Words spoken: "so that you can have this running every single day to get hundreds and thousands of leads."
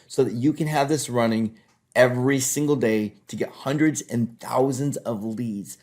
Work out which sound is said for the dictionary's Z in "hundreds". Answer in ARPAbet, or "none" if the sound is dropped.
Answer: Z